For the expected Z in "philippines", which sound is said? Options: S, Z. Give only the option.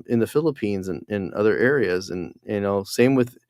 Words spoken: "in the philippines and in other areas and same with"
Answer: Z